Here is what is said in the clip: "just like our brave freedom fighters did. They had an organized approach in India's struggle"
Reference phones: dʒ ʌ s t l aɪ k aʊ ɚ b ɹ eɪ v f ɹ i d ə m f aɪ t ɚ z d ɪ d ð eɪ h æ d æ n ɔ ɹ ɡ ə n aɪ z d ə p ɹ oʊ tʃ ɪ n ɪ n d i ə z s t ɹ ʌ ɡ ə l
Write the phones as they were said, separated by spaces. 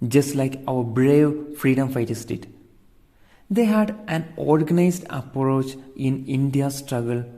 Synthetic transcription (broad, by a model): dʒ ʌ s t l aɪ k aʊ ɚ b ɹ eɪ v f ɹ i d ə m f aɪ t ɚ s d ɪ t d eɪ h æ d æ n ɔ ɹ ɡ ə n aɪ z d ə p ɹ oʊ tʃ ɪ n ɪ n d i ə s t ɹ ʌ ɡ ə l